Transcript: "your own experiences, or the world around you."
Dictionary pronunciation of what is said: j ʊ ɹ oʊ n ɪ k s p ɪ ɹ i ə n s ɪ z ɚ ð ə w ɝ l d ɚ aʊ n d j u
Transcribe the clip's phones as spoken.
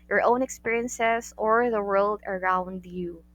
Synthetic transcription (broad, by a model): j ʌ ɹ oʊ n ɪ k s p ɪ ɹ i ə n s ɪ z ɚ ð ə w ɝ l d ɚ aʊ n d j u